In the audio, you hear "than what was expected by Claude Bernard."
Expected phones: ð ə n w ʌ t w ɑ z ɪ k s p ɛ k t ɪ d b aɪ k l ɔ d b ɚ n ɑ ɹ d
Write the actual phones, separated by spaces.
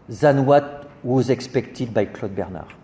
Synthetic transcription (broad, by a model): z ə n w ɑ t w ɑ z ɪ k s p ɛ k t ɪ d b aɪ k l ɔ d b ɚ n ɑ ɹ